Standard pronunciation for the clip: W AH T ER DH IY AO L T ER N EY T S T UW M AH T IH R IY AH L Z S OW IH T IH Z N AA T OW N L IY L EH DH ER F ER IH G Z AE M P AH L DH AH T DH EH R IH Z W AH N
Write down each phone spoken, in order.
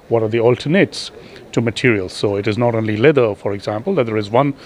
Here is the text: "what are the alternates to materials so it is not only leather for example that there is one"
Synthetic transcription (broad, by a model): W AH T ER DH IY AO L T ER N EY T S T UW M AH T IH R IY AH L Z S OW IH T IH Z N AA T OW N L IY L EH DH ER F ER IH G Z AE M P AH L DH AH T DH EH R IH Z W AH N